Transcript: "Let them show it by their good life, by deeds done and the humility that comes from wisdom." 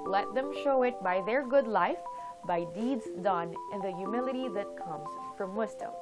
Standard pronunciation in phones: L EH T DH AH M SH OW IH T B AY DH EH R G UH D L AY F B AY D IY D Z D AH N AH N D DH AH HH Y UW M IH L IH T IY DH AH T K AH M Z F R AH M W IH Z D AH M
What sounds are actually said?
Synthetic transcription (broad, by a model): L EH T DH AH M SH OW IH T B AY DH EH R G UH D L AY F B AY D IY D Z D AH N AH N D DH AH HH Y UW M IH L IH T IY DH AH T K AH M Z F R AH M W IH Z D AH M